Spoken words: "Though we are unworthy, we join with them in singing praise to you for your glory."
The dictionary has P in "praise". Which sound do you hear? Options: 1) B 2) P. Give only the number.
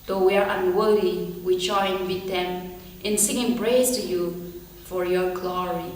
1